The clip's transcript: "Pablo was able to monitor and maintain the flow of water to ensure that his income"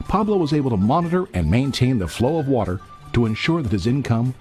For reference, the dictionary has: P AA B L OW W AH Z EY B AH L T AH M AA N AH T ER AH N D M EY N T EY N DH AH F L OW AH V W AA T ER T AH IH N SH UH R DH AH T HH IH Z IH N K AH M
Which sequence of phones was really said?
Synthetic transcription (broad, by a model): P AA B L OW W AH Z EY B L T AH M AA N AH T ER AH N M EY N T EY N DH AH F L OW AH V W AA T ER T AH IH N SH UH R DH AH T HH IH Z IH N K AH M